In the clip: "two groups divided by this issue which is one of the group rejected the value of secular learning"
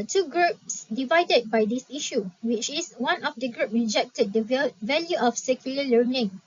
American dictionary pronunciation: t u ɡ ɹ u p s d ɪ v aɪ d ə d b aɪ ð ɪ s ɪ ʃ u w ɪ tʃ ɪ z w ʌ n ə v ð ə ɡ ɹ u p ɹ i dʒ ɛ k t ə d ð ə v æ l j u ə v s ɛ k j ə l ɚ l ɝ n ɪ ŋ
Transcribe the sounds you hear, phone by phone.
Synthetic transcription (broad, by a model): t u ɡ ɹ u p s d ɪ v aɪ d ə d b aɪ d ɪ s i ʃ u w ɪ tʃ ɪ s w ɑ n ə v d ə ɡ ɹ u p ɹ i dʒ ɛ k t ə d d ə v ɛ l j u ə f s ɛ k j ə l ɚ l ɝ n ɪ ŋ